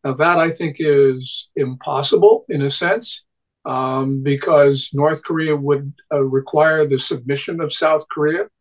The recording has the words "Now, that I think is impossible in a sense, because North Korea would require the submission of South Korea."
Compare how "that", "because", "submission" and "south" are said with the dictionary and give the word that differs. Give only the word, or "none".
none